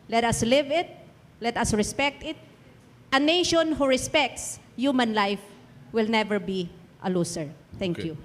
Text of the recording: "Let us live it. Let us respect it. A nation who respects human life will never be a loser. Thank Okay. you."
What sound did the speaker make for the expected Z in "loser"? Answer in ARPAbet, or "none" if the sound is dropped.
S